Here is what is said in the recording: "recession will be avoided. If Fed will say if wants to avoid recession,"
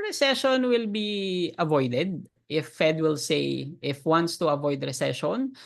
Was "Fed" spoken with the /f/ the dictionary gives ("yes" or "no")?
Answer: yes